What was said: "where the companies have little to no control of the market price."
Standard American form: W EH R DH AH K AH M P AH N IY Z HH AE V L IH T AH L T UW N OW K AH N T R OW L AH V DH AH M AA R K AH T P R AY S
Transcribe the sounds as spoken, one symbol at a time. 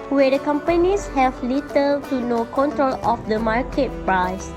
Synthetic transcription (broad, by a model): W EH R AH K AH M P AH N IY S HH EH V L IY T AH L T UW N OW K AH N T R OW L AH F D AH M AA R K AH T P R AY S